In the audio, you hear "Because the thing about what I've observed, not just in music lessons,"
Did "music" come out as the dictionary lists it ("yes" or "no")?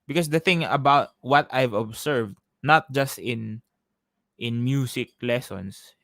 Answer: no